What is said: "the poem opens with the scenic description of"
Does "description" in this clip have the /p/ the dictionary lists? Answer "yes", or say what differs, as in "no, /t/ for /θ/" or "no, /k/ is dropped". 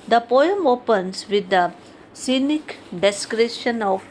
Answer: no, /p/ is dropped